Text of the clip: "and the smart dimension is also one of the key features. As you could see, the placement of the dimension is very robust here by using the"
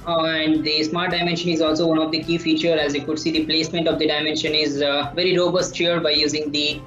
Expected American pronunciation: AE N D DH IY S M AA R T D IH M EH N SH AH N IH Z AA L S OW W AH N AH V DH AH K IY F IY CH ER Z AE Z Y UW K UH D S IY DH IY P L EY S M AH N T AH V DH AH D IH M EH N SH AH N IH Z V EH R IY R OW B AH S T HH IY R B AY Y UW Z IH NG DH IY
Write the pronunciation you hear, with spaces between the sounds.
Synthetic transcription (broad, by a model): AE N D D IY S M AA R T D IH M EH N SH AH N IH Z AA L S OW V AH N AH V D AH K IY F IY CH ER AE Z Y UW K UH D S IY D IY P L EY S M AH N T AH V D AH D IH M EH N SH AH N IH Z V EH R IY R OW B AH S T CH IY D B AY Y UW Z IH NG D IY